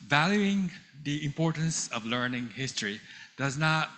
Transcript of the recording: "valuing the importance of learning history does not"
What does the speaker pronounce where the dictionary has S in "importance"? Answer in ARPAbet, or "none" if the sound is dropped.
S